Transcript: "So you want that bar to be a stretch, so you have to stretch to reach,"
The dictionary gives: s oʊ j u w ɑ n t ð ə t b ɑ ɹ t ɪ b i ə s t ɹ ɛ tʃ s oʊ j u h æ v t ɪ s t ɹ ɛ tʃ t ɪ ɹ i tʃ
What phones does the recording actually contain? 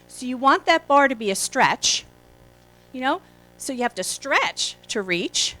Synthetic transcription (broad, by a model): s oʊ j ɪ w ɑ n ð ə t b ɑ ɹ t ɪ b i ə s t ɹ ɛ tʃ s oʊ j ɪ h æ f t ɪ s t ɹ ɛ tʃ t ɪ ɹ i tʃ